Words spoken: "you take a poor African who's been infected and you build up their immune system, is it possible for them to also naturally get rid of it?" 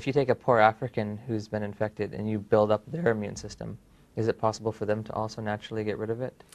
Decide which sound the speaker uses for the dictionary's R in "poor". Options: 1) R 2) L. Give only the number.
1